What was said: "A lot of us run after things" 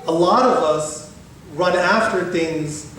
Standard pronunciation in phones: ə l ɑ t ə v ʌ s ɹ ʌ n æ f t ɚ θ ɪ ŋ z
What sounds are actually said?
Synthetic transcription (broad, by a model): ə l ɑ t ə v ʌ s ɹ ʌ n æ f t ɚ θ ɪ ŋ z